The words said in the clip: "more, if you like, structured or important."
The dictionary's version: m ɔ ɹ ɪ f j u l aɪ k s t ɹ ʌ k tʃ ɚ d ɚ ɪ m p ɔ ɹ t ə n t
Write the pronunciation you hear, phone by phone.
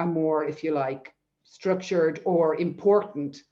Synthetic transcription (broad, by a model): m ɔ ɹ ɪ f j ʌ l aɪ k s t ɹ ʌ k tʃ ɚ d ɚ ɪ m p ɔ ɹ t n t